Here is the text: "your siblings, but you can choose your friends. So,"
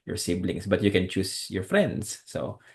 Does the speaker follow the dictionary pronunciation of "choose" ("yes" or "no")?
no